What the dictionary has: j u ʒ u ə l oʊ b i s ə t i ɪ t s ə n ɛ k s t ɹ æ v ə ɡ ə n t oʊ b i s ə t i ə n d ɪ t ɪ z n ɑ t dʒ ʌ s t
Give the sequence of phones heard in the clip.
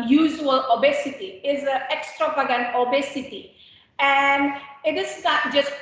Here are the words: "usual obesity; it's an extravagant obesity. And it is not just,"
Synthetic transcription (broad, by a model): j u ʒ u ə l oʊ b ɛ s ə t i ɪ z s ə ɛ k s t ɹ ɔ p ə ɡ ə n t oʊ b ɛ s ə t i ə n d ɪ t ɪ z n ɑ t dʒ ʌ s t